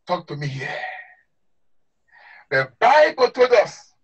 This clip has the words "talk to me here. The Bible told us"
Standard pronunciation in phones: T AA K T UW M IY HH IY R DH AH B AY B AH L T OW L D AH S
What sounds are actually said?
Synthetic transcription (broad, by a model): T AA K T UW M IY HH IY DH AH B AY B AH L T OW D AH S